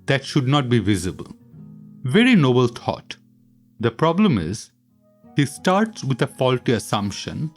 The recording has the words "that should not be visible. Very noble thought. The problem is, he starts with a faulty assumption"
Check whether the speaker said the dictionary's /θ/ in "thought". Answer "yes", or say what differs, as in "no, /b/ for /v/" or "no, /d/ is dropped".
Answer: no, /t/ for /θ/